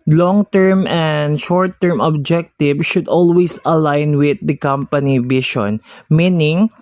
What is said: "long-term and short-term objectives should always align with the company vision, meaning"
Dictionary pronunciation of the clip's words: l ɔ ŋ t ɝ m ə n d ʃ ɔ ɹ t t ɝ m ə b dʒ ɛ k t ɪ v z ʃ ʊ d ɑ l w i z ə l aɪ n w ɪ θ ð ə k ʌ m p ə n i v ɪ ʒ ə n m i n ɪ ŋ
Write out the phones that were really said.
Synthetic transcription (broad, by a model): l ɔ ŋ t ɝ m ə n d ʃ ɔ ɹ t t ɝ m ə b dʒ ɛ k t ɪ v ʃ ʊ d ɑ l w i s ə l aɪ n w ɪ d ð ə k ʌ m p ə n i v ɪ ʃ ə n m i n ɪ ŋ